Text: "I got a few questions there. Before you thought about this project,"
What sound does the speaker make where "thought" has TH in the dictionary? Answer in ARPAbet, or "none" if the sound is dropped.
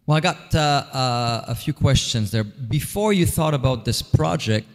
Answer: TH